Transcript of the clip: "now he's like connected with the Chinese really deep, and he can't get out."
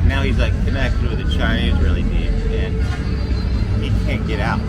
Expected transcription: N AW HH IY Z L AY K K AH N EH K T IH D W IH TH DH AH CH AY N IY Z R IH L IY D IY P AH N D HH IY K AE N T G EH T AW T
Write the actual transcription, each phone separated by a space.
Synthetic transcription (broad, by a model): N AW HH IY Z L AY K K AH N EH K T IH D W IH DH AH CH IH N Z R IH L IY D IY AH N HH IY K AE N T G EH T AW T